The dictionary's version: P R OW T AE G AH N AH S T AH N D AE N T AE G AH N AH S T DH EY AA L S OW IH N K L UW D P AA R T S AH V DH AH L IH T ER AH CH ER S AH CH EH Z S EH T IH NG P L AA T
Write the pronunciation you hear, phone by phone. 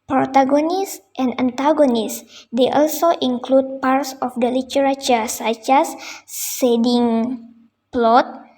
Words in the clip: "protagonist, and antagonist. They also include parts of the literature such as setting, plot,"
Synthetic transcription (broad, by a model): P R OW T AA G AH N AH S T AH N D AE N T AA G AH N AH S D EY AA L S OW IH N K L UW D P AA R T S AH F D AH L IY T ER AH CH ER S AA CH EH S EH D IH NG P L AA T